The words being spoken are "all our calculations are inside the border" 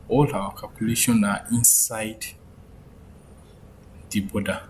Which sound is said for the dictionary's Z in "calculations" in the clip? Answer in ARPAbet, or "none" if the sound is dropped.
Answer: none